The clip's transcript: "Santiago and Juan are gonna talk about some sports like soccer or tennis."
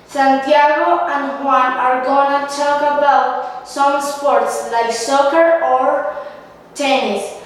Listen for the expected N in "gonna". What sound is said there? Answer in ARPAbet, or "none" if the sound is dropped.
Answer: N